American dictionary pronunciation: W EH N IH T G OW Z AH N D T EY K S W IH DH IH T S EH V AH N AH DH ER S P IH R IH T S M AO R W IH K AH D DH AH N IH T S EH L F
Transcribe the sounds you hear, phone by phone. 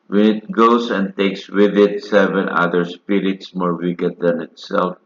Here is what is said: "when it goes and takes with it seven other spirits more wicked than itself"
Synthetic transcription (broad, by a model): W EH N IH T G OW S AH N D T EY K S W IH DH IH T S EH V AH N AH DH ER S P IH R IH T S M AO R W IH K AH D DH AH N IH T S EH L F